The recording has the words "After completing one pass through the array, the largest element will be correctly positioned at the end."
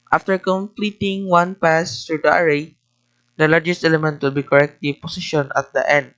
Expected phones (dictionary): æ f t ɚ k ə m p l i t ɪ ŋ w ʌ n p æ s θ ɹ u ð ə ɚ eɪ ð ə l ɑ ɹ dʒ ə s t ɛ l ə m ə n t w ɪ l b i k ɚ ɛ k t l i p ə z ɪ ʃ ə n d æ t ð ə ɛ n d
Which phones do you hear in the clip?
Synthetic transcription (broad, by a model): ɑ f t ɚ k ə m p l i t ɪ ŋ w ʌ n p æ s t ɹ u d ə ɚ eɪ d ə l ɑ ɹ dʒ ə s t ɛ l ə m ə n t w ɪ l b i k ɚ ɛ k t i p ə s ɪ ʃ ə n ɑ t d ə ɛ n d